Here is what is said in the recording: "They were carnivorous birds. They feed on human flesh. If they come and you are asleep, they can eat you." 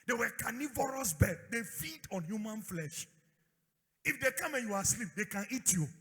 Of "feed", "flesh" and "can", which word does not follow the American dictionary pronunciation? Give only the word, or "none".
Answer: none